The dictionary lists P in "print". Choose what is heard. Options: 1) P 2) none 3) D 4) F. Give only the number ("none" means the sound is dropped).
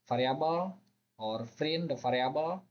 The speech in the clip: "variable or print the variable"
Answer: 4